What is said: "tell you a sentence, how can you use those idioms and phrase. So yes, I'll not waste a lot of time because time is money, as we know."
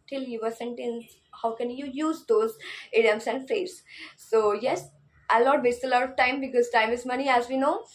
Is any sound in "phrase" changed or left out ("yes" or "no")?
yes